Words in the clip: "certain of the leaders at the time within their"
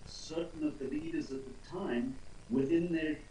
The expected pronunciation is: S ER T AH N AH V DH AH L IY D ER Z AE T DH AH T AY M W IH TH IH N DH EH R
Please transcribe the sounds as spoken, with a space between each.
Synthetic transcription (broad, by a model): S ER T N AH V DH AH L IY D ER Z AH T DH AH T AY M W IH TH IH N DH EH R